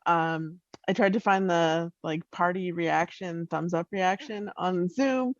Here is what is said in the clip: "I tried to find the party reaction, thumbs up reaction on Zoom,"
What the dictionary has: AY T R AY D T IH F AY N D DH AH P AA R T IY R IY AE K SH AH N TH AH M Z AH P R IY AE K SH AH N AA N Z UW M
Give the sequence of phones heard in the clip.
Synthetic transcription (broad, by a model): AY T R AY D T IH F AY N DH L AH P AA R T IY R IY AE K SH AH N TH AH M Z AH P R IY AE K SH AH N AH N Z UW M